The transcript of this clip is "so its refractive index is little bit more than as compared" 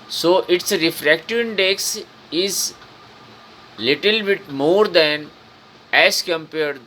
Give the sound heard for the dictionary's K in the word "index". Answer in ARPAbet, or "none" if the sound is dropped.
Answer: K